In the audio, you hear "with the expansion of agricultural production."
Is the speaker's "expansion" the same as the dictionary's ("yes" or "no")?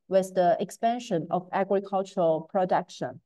yes